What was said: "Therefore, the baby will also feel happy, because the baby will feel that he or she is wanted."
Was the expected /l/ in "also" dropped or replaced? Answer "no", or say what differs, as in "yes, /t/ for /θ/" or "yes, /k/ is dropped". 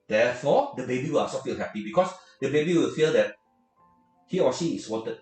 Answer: yes, /l/ is dropped